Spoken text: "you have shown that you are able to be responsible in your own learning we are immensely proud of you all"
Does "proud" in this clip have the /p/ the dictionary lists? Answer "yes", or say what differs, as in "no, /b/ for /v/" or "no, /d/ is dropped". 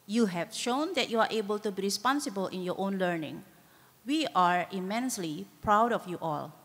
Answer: yes